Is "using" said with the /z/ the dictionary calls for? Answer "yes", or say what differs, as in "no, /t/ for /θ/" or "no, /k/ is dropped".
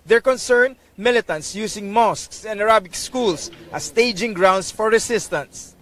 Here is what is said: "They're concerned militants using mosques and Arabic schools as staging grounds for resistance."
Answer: no, /s/ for /z/